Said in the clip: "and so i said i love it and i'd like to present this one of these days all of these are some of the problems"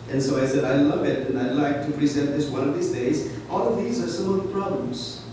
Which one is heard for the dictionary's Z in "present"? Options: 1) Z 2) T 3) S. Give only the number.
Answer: 1